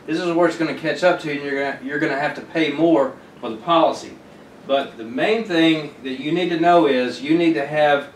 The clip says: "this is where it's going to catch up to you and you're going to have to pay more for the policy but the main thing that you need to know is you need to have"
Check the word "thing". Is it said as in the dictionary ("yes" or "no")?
yes